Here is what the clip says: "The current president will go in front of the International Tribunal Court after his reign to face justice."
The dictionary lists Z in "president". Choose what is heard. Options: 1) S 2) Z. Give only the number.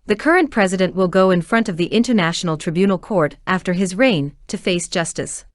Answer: 2